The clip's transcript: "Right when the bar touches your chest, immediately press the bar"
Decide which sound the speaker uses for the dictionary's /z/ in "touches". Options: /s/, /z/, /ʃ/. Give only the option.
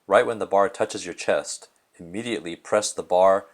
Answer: /z/